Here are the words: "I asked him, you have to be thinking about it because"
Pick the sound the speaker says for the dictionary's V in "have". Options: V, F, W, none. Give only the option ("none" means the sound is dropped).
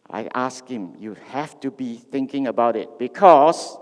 F